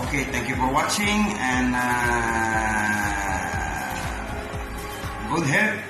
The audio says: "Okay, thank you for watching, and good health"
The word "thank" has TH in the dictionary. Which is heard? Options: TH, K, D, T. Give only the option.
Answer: T